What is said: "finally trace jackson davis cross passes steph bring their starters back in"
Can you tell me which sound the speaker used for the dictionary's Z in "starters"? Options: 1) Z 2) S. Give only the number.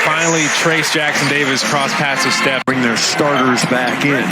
1